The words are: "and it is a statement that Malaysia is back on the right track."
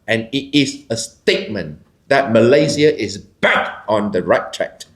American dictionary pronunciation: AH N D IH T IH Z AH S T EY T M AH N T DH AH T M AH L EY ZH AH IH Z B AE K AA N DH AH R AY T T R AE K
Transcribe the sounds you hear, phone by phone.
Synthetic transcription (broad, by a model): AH N IH T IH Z AH S T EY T M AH N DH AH T M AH L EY Z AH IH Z B AE K AA N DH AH R AY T T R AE K